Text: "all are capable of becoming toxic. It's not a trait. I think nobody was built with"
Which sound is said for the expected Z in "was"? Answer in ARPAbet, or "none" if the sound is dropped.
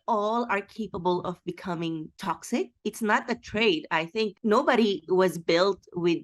Z